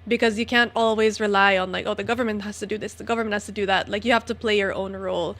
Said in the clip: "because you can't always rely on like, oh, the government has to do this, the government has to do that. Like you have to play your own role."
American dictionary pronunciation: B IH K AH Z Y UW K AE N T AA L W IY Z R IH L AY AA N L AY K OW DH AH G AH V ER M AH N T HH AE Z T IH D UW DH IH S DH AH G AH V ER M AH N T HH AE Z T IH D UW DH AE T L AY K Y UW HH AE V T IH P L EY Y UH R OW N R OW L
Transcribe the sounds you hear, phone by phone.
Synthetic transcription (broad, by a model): B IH K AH Z Y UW K AE N T AA L W IY Z R IH L AY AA N L AY K OW DH AH G AH V ER M AH N T HH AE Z T IH D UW DH IH S DH AH G AH V ER M AH N T HH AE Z T IH D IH DH AE T L AY K Y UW HH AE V T IH P L EY Y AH R OW N R OW L